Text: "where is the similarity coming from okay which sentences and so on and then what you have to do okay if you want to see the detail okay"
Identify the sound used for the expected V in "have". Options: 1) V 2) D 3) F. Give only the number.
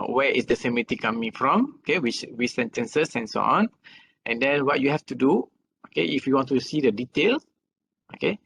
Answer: 3